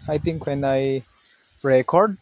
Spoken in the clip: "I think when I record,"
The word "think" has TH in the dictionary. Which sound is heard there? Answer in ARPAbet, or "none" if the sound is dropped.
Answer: T